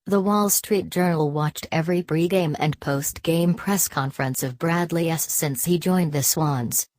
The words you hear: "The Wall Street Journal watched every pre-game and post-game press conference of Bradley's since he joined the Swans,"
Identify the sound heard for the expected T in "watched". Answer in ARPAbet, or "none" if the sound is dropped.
T